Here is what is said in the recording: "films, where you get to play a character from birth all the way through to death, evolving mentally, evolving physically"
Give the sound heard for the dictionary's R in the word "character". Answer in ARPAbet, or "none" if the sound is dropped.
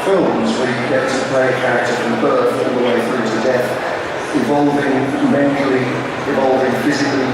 none